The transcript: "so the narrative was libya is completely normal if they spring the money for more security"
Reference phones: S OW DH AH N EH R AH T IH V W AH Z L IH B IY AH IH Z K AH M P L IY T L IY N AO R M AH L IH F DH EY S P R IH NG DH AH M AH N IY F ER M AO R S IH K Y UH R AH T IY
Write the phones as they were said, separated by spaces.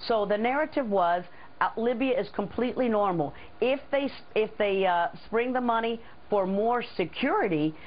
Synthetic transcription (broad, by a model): S OW DH AH N EH R AH T IH V W AH Z L IH B IY AH IH Z K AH M P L IY T L IY N AO R M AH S IH F DH EY S P R IH NG DH AH M AH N IY F ER M AO R S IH K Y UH R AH T IY